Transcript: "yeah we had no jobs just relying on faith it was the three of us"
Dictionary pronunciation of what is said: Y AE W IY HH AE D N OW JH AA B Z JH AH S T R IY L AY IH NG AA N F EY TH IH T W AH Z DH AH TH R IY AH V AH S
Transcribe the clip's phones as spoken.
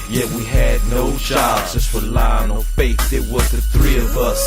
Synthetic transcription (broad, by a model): Y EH W IY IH D N OW JH AA B Z JH AH S T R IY L AY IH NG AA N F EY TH IH T W AH Z DH AH TH R IY AH V AH S